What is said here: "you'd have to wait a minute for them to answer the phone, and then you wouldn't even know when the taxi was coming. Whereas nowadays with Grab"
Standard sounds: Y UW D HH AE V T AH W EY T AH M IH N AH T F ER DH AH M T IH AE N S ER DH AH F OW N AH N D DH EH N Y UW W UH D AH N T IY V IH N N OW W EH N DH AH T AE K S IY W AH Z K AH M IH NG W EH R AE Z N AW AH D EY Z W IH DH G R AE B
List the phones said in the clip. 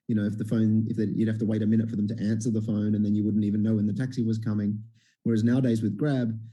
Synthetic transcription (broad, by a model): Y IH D HH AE F T AH W EY T AH M IH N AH T F ER DH AH M T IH AE N S ER DH AH F OW N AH N DH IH N Y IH W UH D N T IY V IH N N OW W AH N DH AH T AE K S IY W AH Z K AH M IH NG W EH R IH Z N AW AH D EY Z W IH DH G R AE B